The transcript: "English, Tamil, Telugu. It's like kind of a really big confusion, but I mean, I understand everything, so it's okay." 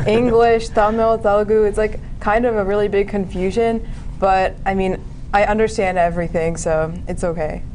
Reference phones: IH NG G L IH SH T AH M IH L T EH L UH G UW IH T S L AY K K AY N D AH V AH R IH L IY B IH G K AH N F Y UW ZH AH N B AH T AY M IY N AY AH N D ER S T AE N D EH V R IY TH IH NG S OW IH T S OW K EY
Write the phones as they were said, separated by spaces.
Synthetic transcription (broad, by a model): IH NG G L IH SH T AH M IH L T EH L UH G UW IH T S L AY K K AY N D AH V AH R IH L IY B IH G K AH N F Y UW ZH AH N B AH T AY M IY N AY AH N D ER S T AE N D EH V R IY TH IH NG S OW IH T S OW K EY